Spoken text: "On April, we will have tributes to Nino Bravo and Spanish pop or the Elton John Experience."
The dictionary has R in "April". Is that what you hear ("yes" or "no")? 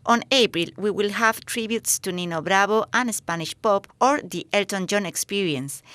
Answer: yes